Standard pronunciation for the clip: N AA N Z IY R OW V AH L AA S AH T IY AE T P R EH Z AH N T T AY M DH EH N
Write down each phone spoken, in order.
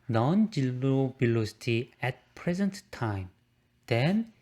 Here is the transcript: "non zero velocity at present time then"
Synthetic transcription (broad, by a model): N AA N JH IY L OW B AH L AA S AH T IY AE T P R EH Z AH N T T AY M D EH N